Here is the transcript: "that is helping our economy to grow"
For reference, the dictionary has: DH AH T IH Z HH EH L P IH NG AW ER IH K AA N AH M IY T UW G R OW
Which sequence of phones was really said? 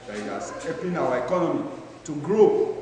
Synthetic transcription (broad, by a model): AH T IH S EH P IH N AW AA IH K AA N AH M IY T UW G R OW